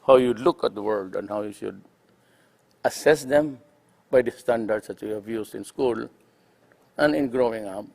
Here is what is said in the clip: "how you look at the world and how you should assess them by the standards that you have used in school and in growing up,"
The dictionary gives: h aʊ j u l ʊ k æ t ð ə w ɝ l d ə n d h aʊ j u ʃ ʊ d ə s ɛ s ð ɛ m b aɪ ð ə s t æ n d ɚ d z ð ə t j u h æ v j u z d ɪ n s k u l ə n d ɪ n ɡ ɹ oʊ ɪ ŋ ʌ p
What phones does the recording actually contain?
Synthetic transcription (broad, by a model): h aʊ j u l ʊ k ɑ t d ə w ɝ l d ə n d h aʊ j u ʃ ʊ d ə s ɛ s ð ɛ m b aɪ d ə s t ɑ n d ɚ d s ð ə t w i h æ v j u s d ɪ n s k u l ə n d ɪ n ɡ ɹ oʊ ɪ ŋ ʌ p